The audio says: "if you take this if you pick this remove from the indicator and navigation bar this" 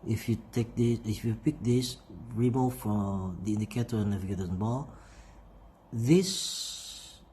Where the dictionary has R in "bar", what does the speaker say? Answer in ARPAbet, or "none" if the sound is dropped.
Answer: L